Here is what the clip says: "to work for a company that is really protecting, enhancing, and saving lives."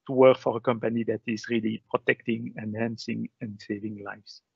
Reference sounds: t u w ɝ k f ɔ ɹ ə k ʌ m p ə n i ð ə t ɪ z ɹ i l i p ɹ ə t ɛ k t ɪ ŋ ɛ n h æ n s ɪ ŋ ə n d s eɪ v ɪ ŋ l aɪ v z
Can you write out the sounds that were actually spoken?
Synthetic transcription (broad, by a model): t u w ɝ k f ɔ ɹ ə k ʌ m p ə n i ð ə t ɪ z ɹ i l i p ɹ ə t ɛ k t ɪ ŋ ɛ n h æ n s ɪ ŋ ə n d s eɪ v ɪ ŋ l aɪ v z